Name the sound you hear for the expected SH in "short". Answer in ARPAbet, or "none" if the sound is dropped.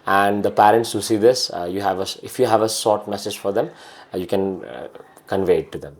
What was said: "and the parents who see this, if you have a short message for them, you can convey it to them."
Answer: S